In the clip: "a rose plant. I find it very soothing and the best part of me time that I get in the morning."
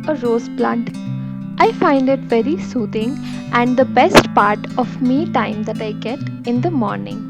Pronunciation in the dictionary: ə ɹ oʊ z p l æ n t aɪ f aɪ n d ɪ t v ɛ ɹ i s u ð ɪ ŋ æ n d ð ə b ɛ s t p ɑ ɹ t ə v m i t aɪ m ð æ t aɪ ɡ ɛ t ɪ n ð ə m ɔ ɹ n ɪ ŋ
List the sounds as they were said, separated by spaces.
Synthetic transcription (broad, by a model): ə ɹ oʊ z b l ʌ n t aɪ f aɪ n d ɪ t v ɛ ɹ i s u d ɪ ŋ æ n d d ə b ɛ s t p ɑ ɹ t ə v m i t aɪ m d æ t aɪ ɡ ɛ t ɪ n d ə m ɔ ɹ n ɪ ŋ